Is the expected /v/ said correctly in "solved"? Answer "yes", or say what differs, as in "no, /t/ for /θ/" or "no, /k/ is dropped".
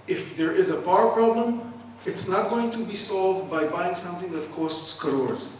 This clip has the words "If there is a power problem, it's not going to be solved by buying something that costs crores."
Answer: yes